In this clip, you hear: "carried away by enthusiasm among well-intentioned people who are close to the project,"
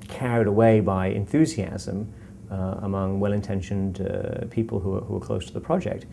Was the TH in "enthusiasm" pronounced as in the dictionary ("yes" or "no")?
yes